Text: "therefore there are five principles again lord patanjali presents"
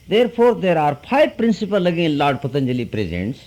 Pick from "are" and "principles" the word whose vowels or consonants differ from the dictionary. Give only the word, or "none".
principles